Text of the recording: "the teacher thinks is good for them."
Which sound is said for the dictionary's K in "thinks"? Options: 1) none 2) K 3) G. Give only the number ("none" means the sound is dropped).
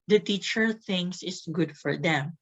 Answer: 1